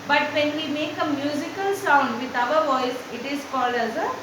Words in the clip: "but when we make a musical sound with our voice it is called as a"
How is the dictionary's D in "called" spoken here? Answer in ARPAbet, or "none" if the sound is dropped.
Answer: none